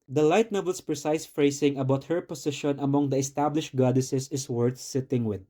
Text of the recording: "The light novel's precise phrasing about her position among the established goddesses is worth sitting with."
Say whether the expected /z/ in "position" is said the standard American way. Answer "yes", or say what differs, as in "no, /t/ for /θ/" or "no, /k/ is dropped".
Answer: no, /s/ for /z/